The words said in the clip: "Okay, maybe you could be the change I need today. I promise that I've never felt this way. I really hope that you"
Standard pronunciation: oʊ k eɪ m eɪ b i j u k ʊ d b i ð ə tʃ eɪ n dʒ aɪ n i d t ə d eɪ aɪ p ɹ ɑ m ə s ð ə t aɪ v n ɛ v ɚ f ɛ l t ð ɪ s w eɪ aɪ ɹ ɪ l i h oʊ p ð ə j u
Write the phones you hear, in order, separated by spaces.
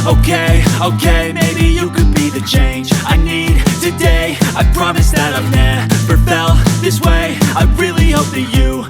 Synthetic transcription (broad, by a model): oʊ k eɪ m eɪ b i j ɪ k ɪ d b i ð ə tʃ eɪ n dʒ aɪ n i d t ə d eɪ aɪ p ɹ ɑ m ə s ð ə t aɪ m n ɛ p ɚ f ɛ l ð ɪ s w eɪ aɪ ɹ ɪ l i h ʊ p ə j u